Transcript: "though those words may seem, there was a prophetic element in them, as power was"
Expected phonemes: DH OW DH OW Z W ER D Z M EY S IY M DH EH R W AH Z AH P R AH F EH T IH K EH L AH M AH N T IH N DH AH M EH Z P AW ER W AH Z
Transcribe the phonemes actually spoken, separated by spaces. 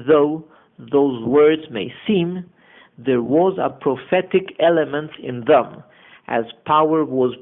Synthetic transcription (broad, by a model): DH OW DH OW Z W ER D Z M EY S IY M DH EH R W AH Z AH P R AH F EH T IH K EH L AH M AH N T IH N DH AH M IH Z P AW ER W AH Z